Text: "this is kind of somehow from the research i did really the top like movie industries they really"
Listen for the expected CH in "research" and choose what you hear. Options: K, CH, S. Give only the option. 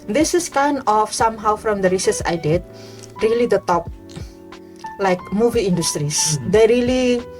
S